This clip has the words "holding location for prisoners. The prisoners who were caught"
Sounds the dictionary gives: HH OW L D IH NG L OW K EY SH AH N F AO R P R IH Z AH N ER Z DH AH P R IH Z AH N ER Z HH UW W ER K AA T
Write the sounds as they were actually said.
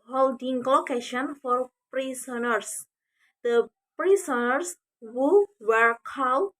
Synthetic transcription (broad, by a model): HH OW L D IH NG L OW K EY SH AH N F AO R P R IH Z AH N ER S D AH P R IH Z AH N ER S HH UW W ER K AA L